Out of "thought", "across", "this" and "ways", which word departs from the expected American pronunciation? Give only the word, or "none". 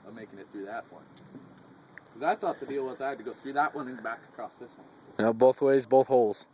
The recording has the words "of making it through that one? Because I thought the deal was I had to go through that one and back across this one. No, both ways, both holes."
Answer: none